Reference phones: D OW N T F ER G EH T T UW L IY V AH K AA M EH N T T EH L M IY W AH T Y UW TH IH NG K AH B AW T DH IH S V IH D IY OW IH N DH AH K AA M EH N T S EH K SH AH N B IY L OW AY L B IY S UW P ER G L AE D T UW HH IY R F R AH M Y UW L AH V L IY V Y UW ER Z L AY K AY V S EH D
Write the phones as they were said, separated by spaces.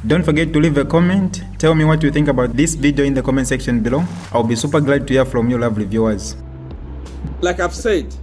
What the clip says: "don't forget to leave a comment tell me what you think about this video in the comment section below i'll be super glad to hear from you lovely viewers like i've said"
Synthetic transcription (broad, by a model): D OW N T F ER G EH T T UW L IY V AH K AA M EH N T T EH L M IY W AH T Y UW TH IH NG K AH B AW T DH IH S V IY D IY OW IH N DH AH K AA M EH N T S EH K SH AH N B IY L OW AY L B IY S UW P ER G L AE D T UW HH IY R F R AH M Y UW L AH V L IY V Y UW ER Z L AY K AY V S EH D